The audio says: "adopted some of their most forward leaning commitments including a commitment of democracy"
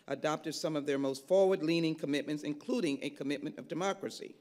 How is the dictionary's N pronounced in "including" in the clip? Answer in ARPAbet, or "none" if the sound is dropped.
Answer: N